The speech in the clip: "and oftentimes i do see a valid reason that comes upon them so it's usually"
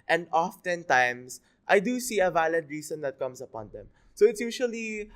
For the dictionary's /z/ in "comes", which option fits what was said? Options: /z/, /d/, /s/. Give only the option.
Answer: /s/